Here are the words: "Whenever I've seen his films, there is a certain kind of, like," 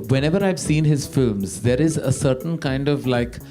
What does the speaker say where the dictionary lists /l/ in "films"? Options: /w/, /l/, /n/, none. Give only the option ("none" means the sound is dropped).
/l/